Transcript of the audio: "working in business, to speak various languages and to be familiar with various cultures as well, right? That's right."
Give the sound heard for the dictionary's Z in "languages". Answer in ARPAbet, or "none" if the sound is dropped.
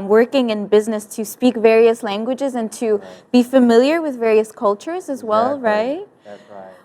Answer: Z